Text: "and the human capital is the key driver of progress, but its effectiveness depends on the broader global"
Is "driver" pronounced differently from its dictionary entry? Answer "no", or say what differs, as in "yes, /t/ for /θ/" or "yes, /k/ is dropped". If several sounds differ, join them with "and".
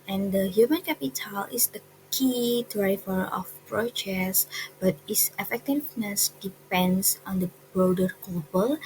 yes, /f/ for /v/